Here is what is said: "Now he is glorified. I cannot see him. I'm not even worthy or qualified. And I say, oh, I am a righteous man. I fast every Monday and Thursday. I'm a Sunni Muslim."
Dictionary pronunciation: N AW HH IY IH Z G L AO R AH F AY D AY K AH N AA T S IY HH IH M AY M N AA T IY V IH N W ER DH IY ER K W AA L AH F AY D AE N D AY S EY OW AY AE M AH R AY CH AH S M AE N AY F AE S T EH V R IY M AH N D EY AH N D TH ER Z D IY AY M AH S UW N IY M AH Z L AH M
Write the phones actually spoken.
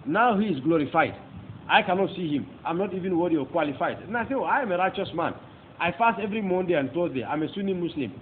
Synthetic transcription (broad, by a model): N AW HH IY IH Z G L AO R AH F AY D AY K AH N AA T S IY HH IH M AY M N AA T IY V IH N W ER IY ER K W AA L AH F AY D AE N AY S EY OW AY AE M AH R AY CH AH S M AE N AY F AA S T EH V R IY M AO N D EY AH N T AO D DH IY AY M AH S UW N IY M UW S L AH M